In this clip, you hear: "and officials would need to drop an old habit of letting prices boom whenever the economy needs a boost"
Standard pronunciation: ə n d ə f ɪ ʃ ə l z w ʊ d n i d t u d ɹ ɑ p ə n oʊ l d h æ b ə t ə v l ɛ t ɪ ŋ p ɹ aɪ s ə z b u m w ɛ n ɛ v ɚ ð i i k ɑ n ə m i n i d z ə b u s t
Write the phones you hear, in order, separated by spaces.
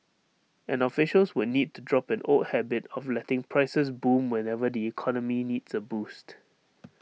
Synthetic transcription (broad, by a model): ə n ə f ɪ ʃ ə l s w ʊ d n i d t u d ɹ ɑ p ə n oʊ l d h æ b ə t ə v l ɛ t ɪ ŋ p ɹ aɪ s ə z b u m w ɛ n ɛ v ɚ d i i k ɑ n ə m i n i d s ə b u s t